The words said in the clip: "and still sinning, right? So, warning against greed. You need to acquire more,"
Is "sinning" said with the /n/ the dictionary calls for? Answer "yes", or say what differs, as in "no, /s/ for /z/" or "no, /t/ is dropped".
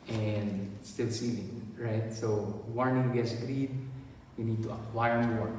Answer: no, /l/ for /n/